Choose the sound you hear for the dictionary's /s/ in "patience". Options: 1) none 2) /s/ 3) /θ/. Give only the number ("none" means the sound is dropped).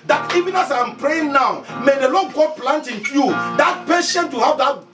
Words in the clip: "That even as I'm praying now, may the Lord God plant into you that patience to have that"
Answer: 1